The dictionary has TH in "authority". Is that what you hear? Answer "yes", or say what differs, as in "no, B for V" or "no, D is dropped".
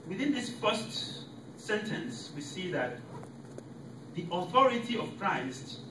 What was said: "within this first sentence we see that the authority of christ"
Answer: yes